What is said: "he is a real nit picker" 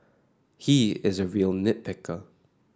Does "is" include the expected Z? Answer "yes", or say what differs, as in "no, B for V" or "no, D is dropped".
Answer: yes